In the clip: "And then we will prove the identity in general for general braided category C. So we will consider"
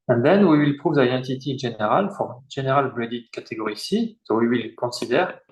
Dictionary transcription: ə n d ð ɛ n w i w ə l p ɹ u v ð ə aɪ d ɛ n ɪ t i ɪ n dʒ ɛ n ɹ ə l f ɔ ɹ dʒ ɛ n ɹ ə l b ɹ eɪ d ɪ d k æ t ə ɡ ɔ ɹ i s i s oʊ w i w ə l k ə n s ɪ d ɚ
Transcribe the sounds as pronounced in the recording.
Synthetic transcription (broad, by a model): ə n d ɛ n w i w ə l p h u v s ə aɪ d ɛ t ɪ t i ɪ n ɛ ɹ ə l f ɔ ɹ ʒ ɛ n ɹ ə l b l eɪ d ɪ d k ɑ t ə ɡ ɔ ɹ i s i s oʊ w i w ə l k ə s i d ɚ